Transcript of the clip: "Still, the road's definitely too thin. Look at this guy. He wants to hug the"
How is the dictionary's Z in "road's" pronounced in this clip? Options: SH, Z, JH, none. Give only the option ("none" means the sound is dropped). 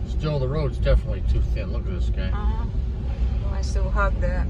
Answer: Z